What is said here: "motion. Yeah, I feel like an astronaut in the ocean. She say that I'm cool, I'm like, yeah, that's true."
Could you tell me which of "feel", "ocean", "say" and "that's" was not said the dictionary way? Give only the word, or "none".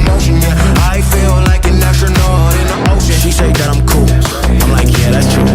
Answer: ocean